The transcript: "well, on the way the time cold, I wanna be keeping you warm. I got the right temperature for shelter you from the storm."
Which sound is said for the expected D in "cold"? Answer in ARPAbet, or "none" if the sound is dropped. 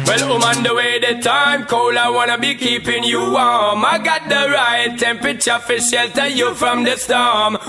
none